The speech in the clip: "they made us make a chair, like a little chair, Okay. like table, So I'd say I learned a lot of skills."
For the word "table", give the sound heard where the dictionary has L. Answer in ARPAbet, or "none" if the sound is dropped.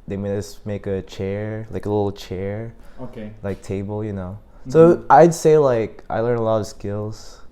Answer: N